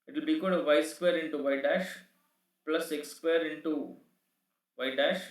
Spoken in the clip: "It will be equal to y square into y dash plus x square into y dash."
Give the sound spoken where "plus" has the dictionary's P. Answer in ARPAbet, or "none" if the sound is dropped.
P